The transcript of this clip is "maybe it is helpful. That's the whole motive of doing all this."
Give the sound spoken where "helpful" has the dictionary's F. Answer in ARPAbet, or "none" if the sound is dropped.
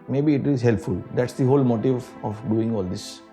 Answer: F